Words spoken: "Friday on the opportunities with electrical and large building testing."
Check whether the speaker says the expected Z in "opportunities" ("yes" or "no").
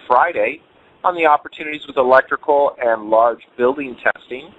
yes